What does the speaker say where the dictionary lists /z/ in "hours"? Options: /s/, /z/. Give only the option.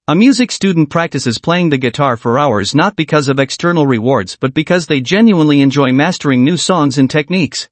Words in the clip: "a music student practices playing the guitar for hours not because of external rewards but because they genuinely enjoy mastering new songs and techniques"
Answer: /z/